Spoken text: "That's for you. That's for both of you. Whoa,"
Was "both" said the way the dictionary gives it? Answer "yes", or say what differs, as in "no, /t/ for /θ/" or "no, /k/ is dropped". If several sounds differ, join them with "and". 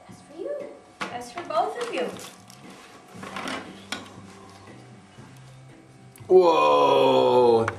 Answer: yes